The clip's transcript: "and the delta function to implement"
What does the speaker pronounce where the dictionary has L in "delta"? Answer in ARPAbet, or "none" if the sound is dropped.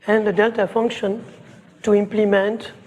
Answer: L